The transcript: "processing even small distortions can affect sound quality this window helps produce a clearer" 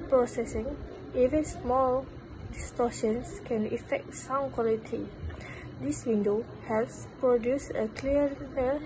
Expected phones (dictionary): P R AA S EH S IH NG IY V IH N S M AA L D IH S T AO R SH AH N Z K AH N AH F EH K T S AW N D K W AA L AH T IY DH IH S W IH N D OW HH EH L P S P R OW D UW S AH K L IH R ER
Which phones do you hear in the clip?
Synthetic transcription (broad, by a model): P R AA S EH S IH NG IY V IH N S M AA L D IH S T AO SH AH N S K AH N AH F EH K T S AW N K W AA L AH T IY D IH S W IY N D OW HH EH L S P R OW D UW S AH K L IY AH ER